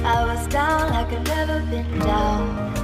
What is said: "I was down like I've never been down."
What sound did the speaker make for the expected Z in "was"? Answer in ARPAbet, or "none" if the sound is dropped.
Z